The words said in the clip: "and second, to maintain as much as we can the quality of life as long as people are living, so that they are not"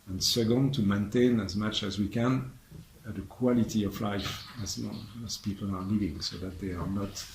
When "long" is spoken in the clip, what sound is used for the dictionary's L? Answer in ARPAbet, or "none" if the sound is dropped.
N